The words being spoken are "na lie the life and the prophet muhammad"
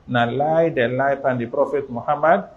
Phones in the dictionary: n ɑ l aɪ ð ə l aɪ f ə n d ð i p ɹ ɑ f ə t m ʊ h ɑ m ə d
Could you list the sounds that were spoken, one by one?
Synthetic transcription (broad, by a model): n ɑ l aɪ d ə l aɪ p ə n d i p ɹ ɑ f ə t m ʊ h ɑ m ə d